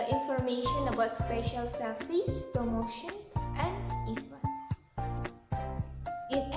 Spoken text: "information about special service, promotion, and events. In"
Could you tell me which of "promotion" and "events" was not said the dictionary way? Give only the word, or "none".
events